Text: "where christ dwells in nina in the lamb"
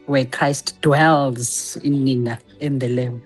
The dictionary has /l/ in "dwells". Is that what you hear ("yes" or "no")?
yes